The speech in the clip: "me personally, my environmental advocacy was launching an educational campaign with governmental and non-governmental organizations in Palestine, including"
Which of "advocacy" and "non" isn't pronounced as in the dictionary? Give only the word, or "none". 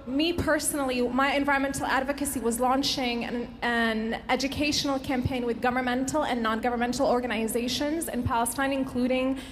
none